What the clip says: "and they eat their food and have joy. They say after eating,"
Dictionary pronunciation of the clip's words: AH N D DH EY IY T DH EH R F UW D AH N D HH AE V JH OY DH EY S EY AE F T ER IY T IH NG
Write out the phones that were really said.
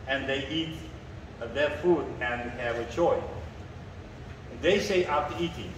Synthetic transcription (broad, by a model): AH N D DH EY IY T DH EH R F UW D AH N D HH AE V CH OY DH EY S EY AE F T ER IY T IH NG